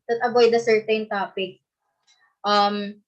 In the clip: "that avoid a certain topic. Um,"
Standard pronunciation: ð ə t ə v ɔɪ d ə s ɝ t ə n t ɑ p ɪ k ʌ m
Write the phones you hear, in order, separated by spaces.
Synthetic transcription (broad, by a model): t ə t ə b ɔɪ d ə s ɝ t ə n t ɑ p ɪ k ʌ m